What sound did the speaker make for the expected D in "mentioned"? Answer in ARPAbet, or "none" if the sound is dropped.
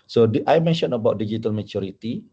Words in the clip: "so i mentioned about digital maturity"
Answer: none